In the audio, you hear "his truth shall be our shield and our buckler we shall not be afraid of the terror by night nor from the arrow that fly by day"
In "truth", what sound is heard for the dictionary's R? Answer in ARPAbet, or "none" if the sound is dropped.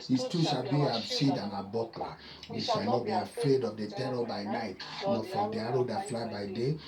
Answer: none